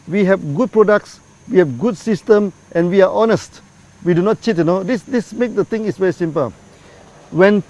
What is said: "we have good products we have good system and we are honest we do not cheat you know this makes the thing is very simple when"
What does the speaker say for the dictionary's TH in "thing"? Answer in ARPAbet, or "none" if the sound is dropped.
T